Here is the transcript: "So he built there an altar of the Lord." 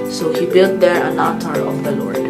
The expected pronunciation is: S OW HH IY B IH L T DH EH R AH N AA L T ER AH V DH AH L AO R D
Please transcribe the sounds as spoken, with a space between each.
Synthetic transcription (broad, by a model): S OW HH IY B IH L T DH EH R AH N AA T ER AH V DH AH L AO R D